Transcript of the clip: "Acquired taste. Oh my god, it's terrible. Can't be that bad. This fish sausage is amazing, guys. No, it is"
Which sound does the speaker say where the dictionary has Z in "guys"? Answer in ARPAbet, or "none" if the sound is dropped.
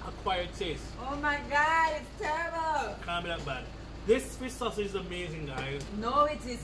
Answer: none